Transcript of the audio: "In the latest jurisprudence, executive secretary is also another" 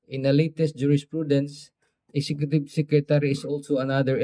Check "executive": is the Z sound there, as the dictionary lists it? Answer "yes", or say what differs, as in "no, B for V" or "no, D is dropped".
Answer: no, S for Z